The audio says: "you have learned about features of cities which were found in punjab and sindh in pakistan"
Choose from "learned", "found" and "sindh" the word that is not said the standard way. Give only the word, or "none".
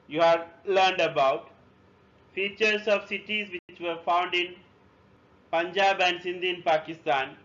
none